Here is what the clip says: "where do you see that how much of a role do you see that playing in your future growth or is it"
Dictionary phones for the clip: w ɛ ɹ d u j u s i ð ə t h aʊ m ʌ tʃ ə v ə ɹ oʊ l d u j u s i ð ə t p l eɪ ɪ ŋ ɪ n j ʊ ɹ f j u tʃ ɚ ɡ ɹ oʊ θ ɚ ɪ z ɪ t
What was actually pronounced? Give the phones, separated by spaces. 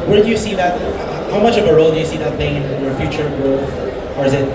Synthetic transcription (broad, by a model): w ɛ ɹ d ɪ j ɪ s i ð ə t h aʊ m ʌ tʃ ə v ə ɹ oʊ l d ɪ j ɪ s i ð ə t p eɪ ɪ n ɪ n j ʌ ɹ f j u tʃ ɚ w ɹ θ ɚ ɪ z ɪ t